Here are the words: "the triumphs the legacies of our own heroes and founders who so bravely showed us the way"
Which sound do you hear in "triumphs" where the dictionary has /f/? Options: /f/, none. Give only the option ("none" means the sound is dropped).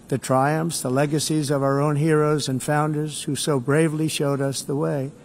/f/